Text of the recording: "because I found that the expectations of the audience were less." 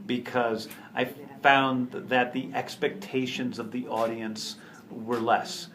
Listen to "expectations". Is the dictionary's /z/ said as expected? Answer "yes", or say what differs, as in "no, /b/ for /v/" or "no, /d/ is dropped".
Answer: yes